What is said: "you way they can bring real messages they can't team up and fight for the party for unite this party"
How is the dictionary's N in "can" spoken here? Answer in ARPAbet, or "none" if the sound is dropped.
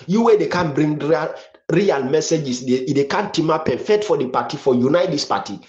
N